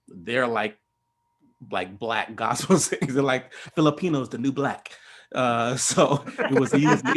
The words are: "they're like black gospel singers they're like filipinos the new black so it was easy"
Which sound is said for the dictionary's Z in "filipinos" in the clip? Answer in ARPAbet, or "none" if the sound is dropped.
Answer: Z